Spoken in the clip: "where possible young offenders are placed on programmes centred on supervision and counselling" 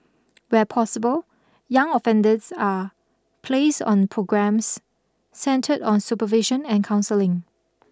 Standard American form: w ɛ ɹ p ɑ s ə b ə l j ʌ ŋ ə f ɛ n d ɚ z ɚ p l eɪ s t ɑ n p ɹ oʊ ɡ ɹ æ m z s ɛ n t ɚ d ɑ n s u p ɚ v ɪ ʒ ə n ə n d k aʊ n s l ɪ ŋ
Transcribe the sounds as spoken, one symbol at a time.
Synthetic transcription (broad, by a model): w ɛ p ɑ s ə b ə l j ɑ ŋ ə f ɛ n d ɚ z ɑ p l eɪ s ɑ n p ɹ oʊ ɡ ɹ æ m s ɛ n t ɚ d ɑ n s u p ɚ v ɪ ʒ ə n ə n k aʊ n s l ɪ ŋ